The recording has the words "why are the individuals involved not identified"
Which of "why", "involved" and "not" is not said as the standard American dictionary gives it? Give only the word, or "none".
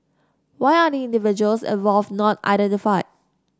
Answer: involved